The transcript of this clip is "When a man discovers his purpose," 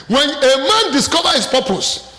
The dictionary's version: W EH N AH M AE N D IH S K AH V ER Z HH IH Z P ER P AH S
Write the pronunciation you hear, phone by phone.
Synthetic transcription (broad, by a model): W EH N AH M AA N D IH S K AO V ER HH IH S P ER P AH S